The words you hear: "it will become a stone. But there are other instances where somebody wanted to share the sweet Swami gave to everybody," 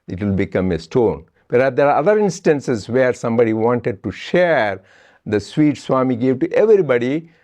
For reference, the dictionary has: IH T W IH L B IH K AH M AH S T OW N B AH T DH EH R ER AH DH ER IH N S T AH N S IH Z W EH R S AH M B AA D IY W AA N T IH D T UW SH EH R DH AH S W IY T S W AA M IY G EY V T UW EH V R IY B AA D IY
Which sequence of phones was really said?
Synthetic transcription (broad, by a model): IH T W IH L B IH K AH M AH S T OW N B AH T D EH R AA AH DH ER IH N S T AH N S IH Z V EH R S AH M B AA D IY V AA N T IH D T UW SH EH R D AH S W IY T S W AA M IY G EY V T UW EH V R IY B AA D IY